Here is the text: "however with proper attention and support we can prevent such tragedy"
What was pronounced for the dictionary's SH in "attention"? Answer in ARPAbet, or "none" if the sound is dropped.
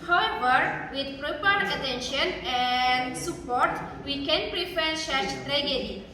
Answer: SH